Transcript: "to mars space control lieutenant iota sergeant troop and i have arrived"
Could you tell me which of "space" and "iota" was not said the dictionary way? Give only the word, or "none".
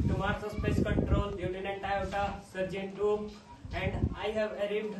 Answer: iota